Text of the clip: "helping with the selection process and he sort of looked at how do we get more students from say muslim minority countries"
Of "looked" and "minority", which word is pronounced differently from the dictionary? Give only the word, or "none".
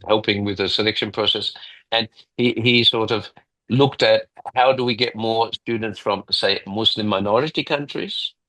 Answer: none